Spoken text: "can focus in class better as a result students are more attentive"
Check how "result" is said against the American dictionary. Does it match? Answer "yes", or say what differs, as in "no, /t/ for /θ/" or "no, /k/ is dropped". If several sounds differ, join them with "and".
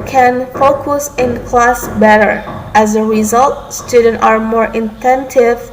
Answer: yes